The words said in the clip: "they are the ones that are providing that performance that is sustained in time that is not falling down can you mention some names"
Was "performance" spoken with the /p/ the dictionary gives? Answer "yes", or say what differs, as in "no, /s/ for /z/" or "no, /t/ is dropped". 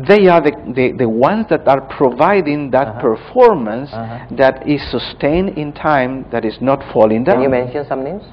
yes